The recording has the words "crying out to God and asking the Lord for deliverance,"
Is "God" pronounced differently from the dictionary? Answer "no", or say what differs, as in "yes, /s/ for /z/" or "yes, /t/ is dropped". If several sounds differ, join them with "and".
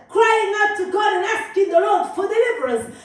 yes, /d/ is dropped